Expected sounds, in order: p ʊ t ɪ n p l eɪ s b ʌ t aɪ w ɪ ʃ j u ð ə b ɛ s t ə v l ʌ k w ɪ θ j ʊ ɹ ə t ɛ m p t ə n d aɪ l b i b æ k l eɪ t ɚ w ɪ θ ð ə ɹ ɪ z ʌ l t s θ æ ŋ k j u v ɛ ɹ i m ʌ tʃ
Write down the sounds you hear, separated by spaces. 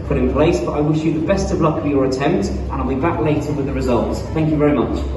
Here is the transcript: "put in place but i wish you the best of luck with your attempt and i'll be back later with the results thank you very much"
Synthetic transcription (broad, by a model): p ʊ t ɪ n p l eɪ s b ʌ t aɪ w ɪ ʃ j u ð ə b ɛ s t ə v l ʌ k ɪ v j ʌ ɹ ə t ɛ m p t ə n aɪ l b i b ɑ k l eɪ t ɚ w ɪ ð ə ɹ ɪ z ʌ l t s θ æ ŋ k j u v ɛ ɹ i m ʌ tʃ